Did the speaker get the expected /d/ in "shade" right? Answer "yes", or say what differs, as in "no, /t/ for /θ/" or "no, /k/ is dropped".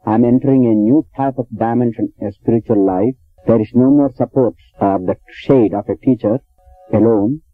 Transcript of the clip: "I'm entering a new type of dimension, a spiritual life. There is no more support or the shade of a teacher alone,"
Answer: yes